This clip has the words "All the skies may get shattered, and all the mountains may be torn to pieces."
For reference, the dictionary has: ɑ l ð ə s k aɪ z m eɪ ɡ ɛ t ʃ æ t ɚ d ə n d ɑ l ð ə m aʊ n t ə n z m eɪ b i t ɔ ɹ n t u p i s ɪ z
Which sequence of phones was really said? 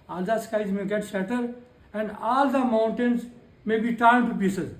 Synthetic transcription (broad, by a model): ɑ l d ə s k aɪ z m eɪ ɡ ɛ t s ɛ t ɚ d ə n d ɑ l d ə m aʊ n t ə n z m eɪ b i t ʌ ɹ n t u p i s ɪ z